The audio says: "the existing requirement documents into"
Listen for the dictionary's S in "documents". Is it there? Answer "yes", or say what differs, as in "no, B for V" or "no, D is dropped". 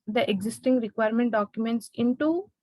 yes